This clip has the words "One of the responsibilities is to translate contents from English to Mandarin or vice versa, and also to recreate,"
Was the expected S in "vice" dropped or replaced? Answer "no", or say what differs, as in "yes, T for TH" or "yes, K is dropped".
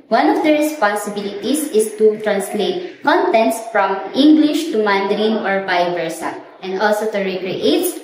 yes, S is dropped